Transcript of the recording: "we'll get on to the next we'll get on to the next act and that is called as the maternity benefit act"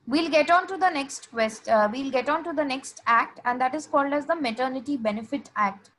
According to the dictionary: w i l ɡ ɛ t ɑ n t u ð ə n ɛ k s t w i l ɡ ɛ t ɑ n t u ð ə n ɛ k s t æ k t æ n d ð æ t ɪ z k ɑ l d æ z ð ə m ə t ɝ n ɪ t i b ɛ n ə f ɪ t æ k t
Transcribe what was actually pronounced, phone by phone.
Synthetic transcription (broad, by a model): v i l ɡ ɛ t ɑ n t u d ə n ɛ k s t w i l ɡ ɛ t ɑ n t u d ə n ɛ k s t æ k t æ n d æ t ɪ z k ɑ l d æ z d ə m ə t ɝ n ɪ t i b ɛ n ə f ɪ t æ k t